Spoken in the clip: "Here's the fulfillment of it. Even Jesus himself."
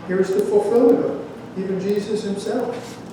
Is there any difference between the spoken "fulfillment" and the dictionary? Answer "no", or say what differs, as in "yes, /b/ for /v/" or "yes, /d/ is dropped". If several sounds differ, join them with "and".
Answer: yes, /m/ is dropped